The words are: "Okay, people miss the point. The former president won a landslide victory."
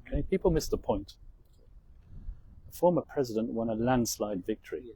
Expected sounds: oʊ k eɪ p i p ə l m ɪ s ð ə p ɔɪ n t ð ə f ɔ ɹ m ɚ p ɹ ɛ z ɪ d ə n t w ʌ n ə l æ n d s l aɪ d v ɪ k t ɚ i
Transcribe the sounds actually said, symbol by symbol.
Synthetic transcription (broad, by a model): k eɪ p i p ə l m ɪ s ð ə p ɔɪ n t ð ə f ɔ ɹ m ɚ p ɹ ɛ z ɪ d ə n t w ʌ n ə l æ n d s l aɪ d v ɪ k t ɚ i